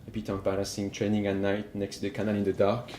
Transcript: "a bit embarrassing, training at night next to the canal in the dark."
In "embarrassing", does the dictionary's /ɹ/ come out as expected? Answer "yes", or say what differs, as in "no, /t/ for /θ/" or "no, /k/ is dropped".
no, /l/ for /ɹ/